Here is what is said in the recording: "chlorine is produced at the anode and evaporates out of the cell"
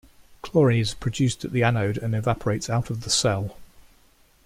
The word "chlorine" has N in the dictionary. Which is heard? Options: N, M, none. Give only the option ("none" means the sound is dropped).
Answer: none